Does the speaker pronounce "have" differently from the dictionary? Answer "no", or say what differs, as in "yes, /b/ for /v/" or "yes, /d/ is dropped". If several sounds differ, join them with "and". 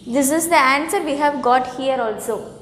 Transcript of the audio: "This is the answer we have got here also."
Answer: no